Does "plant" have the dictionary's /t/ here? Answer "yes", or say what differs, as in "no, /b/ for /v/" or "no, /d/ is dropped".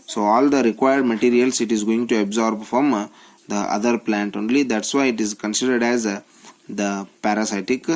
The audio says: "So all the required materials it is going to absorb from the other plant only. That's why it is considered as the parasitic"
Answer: yes